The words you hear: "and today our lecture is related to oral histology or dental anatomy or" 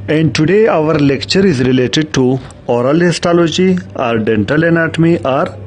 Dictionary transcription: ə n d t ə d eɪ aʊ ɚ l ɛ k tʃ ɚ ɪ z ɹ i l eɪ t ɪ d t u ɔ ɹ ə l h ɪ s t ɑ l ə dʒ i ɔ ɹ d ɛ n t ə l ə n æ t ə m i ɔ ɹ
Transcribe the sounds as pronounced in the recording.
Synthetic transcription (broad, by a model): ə n d t ə d eɪ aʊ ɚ l ɛ k tʃ ɚ ɪ z ɹ i l eɪ t ɪ d t u ɔ ɹ ə l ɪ s t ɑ l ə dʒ i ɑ ɹ d ɛ n t ə l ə n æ t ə m i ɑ ɹ